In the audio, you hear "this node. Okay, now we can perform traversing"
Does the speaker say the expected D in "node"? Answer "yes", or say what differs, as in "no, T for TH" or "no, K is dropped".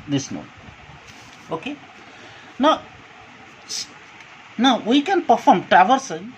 no, D is dropped